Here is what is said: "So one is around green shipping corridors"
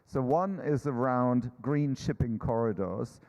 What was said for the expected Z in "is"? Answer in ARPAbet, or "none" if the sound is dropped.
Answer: Z